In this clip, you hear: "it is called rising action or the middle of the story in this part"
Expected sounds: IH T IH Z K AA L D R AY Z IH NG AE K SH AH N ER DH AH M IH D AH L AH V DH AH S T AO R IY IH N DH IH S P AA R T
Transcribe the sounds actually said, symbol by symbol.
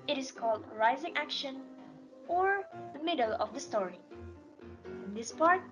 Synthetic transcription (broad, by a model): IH T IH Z K AA L D R AY Z IH NG AE K SH AH N ER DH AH M IH D AH L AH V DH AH S T AO R IY IH N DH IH S P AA R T